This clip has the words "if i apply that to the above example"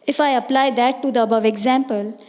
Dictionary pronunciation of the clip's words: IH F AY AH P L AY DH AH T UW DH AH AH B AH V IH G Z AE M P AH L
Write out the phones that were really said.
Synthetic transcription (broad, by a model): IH F AY AH P L AY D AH T UW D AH AH B AH V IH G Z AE M P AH L